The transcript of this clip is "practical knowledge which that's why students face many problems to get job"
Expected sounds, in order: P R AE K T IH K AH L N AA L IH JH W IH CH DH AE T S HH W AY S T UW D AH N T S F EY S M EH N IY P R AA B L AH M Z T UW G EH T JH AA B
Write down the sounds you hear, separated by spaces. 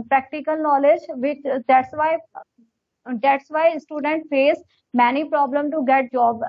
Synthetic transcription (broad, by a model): P R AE K T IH K AH L N AA L IH JH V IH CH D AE T S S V AY S T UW D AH N T F EY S M EH N IY P R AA B L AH M T UW G EH T JH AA B